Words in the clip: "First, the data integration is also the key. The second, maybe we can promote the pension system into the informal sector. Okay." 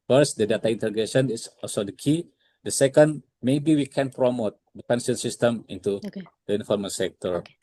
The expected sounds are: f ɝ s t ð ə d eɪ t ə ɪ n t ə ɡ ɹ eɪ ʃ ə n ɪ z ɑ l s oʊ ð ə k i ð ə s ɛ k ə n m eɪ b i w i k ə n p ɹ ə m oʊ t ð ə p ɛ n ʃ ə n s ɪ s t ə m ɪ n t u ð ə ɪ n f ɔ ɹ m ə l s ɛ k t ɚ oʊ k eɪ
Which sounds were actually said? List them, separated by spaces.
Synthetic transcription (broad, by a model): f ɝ s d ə d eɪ t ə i n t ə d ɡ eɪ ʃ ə n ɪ s ɑ l s oʊ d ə k i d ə s ɛ k ə n m eɪ b i w i k ə n p ɹ ə m oʊ t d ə p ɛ n s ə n s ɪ s t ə m ɪ n t u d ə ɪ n f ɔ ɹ m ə s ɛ k t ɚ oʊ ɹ